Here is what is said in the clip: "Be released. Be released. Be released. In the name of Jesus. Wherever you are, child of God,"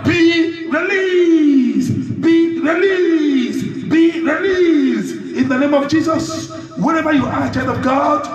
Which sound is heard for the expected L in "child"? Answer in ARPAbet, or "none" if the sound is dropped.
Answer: N